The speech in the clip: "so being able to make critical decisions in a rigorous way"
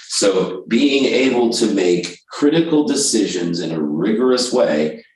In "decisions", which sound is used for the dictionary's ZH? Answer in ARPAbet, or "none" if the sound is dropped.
ZH